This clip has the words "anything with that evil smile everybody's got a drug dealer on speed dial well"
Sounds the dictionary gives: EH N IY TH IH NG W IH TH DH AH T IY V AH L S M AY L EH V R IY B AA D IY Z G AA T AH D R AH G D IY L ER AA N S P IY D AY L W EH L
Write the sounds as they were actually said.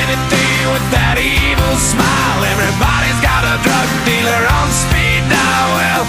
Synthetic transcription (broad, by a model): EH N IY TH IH W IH DH AH T IY V L S M AY L EH V R IY B AA D IY Z G AA T AH D R AH G D IY L ER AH N S P IY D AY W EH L